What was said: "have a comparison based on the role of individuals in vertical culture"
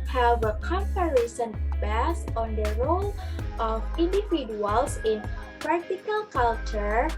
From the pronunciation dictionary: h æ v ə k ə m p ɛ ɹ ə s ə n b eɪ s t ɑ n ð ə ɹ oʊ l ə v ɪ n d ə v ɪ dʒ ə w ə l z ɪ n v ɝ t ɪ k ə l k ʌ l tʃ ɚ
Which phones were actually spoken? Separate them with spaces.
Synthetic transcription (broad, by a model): h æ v ə k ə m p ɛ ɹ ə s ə n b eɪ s ɑ n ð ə ɹ oʊ l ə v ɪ n d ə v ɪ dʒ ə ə l s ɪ n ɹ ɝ t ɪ k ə l k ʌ l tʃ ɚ